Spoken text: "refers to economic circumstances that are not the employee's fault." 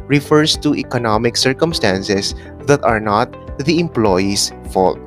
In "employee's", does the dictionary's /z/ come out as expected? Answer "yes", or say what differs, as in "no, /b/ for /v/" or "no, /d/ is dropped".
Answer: no, /s/ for /z/